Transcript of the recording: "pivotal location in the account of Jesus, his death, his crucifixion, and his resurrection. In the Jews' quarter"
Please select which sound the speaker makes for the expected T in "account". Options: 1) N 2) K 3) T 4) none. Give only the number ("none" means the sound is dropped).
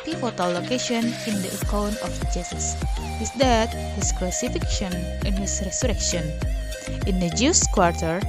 4